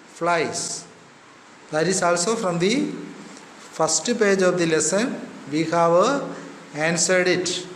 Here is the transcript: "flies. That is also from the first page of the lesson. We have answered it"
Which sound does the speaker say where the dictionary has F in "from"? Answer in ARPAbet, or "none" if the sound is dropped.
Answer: F